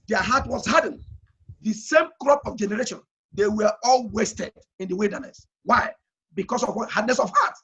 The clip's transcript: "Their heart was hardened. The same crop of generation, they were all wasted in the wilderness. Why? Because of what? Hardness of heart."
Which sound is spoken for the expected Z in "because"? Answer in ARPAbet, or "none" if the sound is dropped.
S